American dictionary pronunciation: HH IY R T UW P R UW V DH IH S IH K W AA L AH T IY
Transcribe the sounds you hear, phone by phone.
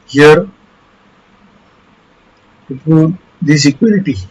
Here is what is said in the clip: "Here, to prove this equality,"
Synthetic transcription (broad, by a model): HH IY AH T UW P UW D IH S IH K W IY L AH T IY